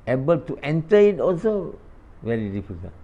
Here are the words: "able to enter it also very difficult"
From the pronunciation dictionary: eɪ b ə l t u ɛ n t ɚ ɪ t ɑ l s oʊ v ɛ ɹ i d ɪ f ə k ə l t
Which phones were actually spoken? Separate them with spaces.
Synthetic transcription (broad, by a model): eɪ b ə l t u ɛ n t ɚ ɪ t ɑ l s oʊ v ɛ ɹ i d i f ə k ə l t